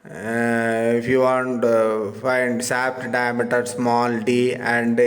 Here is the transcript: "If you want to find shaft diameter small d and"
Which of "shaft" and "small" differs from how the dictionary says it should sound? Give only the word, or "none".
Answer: shaft